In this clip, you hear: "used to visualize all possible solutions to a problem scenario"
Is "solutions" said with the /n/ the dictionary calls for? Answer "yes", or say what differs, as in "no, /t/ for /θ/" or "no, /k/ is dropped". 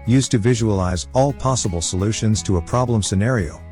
yes